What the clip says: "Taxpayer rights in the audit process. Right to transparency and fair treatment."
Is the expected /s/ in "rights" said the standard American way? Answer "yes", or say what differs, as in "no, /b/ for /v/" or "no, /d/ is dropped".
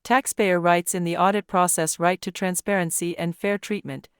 yes